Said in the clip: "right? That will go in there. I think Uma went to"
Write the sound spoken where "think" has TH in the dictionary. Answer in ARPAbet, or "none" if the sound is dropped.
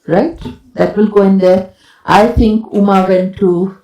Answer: T